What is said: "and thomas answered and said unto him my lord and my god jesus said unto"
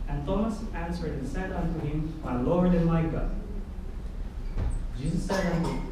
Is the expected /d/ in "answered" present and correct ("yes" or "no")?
no